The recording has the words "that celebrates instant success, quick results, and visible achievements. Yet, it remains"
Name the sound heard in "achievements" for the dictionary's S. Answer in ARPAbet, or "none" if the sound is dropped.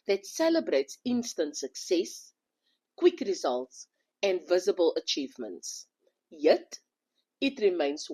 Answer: S